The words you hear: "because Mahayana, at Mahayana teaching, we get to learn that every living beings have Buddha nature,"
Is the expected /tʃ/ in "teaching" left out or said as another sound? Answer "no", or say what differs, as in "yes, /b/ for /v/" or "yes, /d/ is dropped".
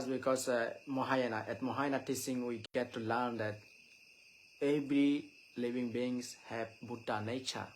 yes, /s/ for /tʃ/